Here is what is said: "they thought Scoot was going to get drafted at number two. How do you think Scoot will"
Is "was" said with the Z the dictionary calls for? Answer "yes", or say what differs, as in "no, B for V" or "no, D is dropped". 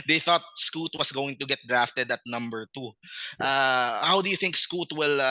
no, S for Z